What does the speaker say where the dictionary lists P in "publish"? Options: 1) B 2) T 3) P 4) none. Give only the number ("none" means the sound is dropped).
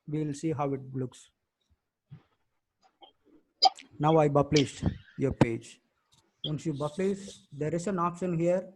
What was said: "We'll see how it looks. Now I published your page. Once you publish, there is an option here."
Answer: 1